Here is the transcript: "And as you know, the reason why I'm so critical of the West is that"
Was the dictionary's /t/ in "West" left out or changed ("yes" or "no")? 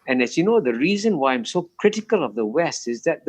no